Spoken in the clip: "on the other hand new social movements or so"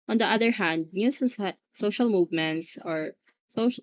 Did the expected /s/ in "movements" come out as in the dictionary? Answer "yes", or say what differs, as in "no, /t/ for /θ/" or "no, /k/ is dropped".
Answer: yes